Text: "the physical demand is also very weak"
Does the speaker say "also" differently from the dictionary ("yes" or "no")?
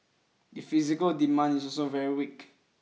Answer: yes